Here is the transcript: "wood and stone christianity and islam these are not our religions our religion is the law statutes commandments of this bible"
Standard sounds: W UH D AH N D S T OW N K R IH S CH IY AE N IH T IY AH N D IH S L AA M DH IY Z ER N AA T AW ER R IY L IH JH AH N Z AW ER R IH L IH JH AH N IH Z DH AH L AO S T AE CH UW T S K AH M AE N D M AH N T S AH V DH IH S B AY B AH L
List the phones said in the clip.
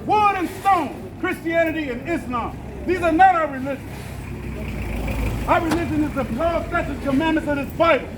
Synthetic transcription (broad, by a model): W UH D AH N S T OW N K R IH S CH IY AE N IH T IY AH N IH S L AA M DH IY Z ER N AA T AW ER R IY L IH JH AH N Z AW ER R IH L IH JH AH N IH Z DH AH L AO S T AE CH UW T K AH M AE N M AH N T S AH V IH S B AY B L